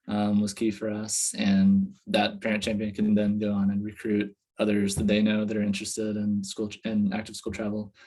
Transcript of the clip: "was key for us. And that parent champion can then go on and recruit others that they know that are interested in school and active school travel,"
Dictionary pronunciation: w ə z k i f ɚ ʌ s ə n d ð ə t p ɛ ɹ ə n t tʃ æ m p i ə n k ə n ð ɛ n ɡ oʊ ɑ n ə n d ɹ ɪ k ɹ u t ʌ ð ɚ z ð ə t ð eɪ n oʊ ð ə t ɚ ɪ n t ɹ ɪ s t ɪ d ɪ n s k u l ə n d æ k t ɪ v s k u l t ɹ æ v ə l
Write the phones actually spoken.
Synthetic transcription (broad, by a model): w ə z k i f ɚ ʌ s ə n ð ə t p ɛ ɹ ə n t tʃ æ m p i ə n k ə n ð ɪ n ɡ oʊ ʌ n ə n ɹ ɪ k ɹ u t ʌ ð ɚ z ð ə t ð eɪ n oʊ ð ə t ɚ ɪ n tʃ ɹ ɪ s t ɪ d ɪ n s k u l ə n æ k t ɪ v s k u l t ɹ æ v l